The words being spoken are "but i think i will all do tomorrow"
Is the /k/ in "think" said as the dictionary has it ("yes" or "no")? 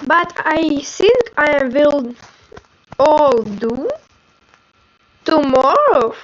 yes